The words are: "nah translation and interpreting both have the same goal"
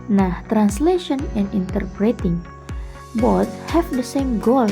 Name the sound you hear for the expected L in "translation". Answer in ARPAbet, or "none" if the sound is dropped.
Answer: L